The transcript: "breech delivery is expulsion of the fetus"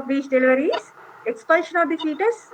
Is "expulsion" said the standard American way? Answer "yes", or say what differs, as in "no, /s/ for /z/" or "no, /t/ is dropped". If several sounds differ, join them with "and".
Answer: no, /l/ is dropped